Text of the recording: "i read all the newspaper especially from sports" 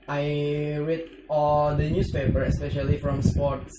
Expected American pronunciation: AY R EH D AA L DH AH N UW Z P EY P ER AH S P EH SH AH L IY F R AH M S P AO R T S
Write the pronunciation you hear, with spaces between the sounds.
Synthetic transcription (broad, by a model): AY W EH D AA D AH N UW S P EY P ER AH S P EH SH AH L IY F R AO M S P AO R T S